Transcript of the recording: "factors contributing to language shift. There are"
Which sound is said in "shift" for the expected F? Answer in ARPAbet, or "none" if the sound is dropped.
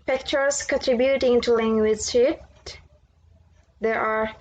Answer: none